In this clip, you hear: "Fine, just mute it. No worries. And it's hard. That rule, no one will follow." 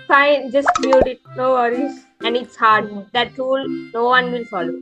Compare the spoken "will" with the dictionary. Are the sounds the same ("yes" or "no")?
no